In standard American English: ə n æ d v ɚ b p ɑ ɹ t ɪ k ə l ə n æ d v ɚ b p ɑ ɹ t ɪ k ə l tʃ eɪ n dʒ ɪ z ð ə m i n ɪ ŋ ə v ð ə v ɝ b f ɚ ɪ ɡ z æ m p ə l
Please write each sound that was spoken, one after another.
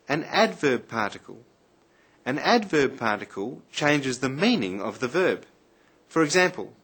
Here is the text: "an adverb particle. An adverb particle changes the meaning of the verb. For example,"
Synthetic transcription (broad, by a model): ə n æ d v ɚ b p ɑ ɹ t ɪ k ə l ə n æ d v ɚ b p ɑ ɹ t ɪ k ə l tʃ eɪ n dʒ ɪ z ð ə m i n ɪ ŋ ə v ð ə v ɝ b f ɚ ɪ ɡ z æ m p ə l